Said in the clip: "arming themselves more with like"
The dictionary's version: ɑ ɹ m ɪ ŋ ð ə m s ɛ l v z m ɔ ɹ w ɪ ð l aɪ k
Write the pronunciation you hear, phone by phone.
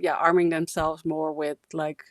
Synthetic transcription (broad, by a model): ɑ ɹ m ɪ ŋ ð ə m s ɛ l v z m ɔ ɹ w ɪ ð l aɪ k